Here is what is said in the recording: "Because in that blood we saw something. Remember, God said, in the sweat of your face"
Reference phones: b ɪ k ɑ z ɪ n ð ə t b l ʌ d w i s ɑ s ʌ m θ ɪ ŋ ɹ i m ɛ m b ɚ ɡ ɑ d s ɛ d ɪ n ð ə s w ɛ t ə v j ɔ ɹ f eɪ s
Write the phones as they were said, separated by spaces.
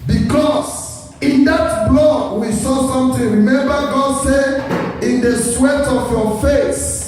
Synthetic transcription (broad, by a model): b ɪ k ɑ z ɪ n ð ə t b l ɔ w i s ɑ s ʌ m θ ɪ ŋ ɹ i m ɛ m b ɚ ɡ ɑ d s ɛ ɪ n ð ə s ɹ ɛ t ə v j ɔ f eɪ s